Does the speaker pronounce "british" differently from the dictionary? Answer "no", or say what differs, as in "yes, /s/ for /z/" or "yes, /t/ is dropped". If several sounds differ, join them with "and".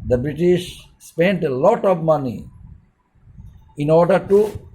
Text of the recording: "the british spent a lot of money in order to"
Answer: no